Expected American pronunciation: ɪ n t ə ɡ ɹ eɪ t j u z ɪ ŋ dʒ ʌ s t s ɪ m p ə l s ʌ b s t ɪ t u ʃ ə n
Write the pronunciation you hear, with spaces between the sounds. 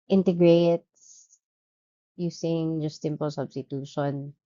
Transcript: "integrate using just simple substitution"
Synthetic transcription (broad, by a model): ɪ n t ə ɡ ɹ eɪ t j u s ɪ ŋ dʒ ʌ s t s ɪ m p ə l s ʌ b s t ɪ t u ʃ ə n